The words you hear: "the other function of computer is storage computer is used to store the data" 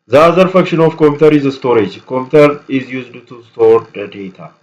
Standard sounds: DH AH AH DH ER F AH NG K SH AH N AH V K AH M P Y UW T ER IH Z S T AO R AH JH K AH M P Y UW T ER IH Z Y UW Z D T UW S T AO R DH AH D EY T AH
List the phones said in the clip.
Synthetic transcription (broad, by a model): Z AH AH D F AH K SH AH N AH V K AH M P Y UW T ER IH Z S T AO R AH JH K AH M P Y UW T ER IH Z Y UW Z D T UW S T AO R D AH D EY T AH